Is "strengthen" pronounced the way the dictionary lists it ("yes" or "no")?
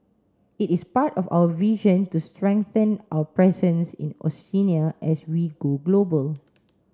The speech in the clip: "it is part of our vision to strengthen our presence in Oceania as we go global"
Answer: yes